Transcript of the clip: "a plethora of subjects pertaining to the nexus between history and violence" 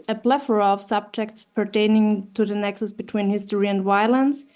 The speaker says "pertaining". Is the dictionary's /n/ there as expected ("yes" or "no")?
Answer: yes